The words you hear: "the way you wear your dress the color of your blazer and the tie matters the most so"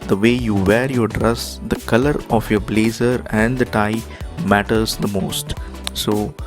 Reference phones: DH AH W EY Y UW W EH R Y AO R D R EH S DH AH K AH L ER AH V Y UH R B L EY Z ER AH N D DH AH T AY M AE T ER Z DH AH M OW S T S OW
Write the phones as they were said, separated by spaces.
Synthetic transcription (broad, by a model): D AH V EY Y UW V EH R Y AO R D R EH S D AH K AH L ER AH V Y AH R B L EY Z ER AH N D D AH T AY M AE T ER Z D AH M OW S T S OW